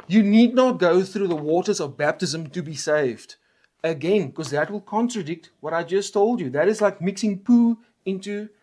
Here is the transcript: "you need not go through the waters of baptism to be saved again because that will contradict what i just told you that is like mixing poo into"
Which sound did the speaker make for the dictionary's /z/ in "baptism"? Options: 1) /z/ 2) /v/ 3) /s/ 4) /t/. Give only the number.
1